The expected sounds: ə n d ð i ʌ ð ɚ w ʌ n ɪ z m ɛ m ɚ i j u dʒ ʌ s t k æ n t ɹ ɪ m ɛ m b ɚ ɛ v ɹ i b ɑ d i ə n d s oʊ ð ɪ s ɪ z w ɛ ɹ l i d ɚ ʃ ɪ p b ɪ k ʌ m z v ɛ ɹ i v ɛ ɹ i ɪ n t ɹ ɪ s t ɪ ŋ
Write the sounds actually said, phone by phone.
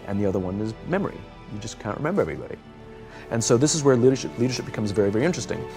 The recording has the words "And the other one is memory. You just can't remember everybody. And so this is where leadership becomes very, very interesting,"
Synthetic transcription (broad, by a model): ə n ð i ʌ ð ɚ w ʌ n ɪ z m ɛ m ɚ i j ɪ dʒ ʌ s k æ n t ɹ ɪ m ɛ m b ɚ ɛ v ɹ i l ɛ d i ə n s oʊ ð ɪ s ɪ z w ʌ ɹ l i d ɚ ʃ ɪ p b ɪ k ʌ m z v ɛ ɹ i v ɛ ɹ i ɪ n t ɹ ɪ s t ɪ ŋ